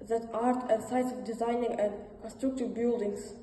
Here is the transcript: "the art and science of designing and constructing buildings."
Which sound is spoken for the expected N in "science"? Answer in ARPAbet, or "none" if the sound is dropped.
none